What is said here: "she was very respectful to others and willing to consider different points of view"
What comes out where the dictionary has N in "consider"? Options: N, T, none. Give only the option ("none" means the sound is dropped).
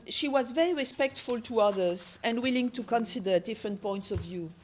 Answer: N